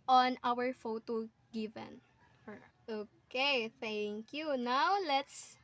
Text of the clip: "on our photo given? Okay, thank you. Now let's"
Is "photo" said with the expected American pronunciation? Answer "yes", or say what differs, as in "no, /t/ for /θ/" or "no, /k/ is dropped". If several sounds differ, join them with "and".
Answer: yes